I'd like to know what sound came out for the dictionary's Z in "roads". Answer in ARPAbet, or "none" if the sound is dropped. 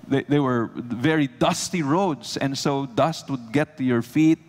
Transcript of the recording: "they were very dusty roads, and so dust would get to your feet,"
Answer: S